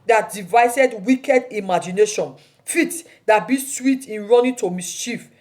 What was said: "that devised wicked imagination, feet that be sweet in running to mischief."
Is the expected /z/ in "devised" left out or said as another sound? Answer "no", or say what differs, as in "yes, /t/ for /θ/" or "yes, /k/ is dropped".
yes, /s/ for /z/